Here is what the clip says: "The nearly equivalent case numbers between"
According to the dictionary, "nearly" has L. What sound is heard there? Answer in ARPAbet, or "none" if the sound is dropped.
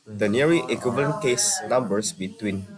none